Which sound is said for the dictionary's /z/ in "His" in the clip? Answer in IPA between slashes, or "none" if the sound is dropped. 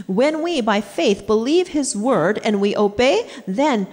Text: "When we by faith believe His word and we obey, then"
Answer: /z/